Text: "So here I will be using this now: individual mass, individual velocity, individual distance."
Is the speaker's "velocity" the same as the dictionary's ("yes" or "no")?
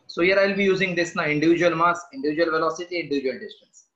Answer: yes